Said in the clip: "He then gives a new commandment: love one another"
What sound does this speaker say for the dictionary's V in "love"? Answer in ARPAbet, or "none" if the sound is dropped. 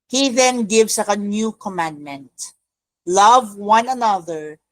V